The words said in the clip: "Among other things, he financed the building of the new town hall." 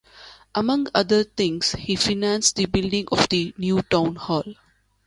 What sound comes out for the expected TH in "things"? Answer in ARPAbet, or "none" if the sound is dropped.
T